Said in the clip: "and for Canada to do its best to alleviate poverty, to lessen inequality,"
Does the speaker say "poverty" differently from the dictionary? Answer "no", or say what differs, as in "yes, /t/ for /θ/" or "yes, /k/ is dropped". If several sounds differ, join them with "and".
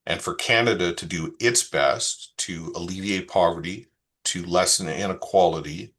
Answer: no